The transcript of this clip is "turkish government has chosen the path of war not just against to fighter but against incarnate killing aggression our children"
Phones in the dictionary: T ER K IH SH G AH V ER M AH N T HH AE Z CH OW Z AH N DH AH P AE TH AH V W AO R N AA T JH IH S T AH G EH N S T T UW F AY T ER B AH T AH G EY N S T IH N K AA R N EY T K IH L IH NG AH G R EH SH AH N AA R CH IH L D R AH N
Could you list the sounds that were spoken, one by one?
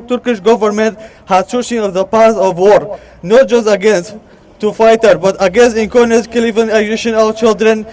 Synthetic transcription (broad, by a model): T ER K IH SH G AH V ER M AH N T HH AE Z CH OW S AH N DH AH P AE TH AH V W AO R N AA T JH IH S T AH G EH N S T T UW F AY T ER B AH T AH G EY N S T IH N K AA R N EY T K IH L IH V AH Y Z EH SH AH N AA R CH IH L D R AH N